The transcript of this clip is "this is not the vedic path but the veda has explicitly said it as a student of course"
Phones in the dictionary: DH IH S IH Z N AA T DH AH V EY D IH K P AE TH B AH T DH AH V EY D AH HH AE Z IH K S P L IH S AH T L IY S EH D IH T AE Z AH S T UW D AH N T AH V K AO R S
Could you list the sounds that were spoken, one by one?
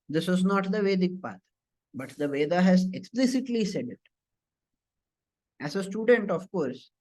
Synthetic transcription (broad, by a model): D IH S IH Z N AA T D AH V EY D IH K P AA T B AH T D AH V EY D AH HH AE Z IH K S P L IH S AH T L IY S EH D IH T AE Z AH S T UW D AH N T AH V K AO R S